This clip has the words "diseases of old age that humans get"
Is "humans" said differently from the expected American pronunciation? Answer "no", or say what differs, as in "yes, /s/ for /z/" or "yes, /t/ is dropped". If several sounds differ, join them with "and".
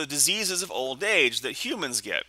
no